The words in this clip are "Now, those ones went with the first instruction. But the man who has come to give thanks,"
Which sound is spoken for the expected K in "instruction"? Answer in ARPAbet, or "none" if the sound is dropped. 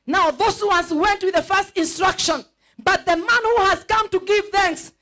K